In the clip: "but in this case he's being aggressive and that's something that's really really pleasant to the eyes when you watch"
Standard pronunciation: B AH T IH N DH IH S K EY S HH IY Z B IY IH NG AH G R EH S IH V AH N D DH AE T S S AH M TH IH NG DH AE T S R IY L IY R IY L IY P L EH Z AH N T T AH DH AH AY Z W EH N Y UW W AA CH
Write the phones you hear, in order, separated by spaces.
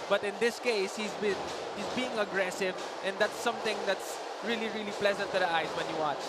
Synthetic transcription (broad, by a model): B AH T IH N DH IH S K EY S HH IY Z B IY IH NG AH G R EH S IH V AH N D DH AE T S S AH M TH IH NG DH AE T S R IY L IY R IY L IY P L EH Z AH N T T AH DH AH AY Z W EH N Y UW W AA CH